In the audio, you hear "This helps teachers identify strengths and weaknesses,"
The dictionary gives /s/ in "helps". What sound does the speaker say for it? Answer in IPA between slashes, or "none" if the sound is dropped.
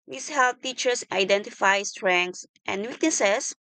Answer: none